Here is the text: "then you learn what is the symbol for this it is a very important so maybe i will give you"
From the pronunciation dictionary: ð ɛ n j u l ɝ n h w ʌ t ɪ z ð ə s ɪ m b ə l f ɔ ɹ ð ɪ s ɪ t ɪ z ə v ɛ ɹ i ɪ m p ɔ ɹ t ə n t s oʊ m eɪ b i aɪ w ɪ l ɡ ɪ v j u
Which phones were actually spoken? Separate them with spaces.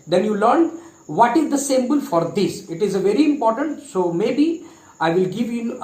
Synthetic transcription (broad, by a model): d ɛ n j u l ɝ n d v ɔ t ɪ z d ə s ɪ m b ə l f ɔ ɹ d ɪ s ɪ t ɪ z ə v ɛ ɹ i ɪ m p ɔ ɹ t ə n t s oʊ m eɪ b i aɪ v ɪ l ɡ ɪ v j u